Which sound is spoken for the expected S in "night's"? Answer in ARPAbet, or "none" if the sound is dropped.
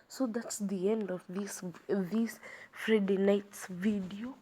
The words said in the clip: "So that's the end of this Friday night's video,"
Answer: S